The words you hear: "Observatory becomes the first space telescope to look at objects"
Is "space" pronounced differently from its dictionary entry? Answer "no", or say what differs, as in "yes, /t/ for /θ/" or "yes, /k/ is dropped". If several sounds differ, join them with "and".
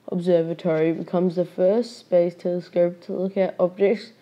yes, /b/ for /p/